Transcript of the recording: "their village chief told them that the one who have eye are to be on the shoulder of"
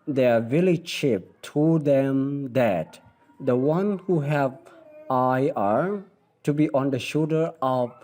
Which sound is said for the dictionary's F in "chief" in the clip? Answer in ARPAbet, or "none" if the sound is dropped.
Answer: P